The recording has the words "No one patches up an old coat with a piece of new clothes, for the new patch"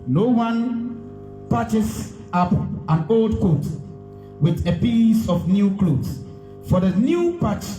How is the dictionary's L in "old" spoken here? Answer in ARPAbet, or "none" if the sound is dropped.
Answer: L